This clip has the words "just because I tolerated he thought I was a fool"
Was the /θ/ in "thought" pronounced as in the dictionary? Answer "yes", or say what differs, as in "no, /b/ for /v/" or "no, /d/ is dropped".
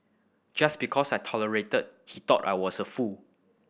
no, /t/ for /θ/